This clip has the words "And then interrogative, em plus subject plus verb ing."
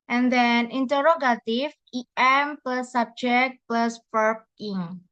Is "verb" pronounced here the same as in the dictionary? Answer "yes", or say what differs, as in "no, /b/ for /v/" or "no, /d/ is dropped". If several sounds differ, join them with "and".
no, /p/ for /v/